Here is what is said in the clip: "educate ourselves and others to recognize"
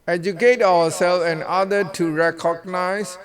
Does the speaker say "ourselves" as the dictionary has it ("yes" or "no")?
no